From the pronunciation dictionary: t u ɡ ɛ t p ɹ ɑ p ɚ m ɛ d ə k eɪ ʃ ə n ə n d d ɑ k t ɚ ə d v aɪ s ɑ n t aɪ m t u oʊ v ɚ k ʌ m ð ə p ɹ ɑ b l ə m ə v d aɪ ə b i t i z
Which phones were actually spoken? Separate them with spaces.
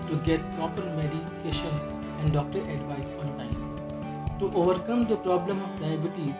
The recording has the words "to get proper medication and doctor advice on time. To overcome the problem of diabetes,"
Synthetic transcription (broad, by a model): t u ɡ ɛ t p ɑ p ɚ m ɛ d ə k eɪ ʃ ə n ə n d d ɑ k t ɚ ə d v aɪ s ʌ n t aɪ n t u oʊ v ɚ k ʌ m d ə p ɹ ɑ b l ə m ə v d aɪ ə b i t i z